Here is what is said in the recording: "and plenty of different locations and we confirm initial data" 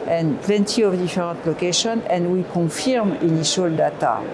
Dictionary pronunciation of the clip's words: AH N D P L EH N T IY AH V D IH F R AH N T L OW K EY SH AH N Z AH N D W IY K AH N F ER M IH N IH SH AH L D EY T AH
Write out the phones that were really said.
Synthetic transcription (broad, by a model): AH N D P L EH N T IY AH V D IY F R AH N T L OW K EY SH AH N AH N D W IY K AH F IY M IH N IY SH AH L D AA T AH